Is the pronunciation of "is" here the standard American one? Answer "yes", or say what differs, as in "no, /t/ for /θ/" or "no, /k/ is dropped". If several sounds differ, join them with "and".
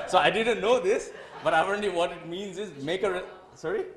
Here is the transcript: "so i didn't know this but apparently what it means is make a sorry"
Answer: yes